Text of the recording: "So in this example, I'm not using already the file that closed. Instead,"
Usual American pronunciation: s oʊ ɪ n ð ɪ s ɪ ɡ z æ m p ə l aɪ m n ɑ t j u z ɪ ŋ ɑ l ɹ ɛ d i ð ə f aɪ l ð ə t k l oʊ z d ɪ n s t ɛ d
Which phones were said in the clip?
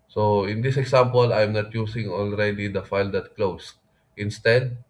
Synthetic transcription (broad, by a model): s oʊ ɪ n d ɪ s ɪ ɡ s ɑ m p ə l aɪ m n ɑ t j u s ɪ ŋ ɑ l ɹ ɛ d i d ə f aɪ l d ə t k l oʊ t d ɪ n s t ɛ d